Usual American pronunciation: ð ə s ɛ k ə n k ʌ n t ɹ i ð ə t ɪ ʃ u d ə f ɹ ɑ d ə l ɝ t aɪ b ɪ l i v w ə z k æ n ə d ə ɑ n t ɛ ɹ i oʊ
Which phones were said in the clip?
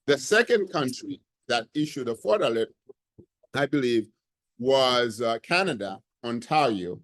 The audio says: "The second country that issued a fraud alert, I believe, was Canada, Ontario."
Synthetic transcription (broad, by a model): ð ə s ɛ k ə n k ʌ n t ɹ i ð ə t ɪ ʃ u d ə f ɑ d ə l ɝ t aɪ b ɪ l i v w ə z k æ n ə d ə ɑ n t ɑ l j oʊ